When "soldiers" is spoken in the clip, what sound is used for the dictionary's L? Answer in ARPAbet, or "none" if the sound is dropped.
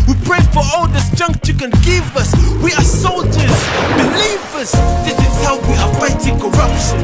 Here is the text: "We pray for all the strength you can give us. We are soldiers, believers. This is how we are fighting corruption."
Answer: L